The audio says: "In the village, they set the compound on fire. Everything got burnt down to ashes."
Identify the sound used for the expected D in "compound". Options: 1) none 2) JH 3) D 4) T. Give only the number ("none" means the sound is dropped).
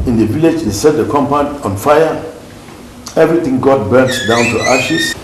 1